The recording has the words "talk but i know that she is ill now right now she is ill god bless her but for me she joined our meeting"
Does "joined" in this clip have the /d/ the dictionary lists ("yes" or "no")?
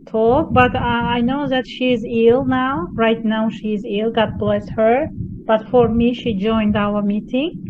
yes